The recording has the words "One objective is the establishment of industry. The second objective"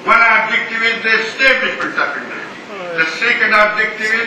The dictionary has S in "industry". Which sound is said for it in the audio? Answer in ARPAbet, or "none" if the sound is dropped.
none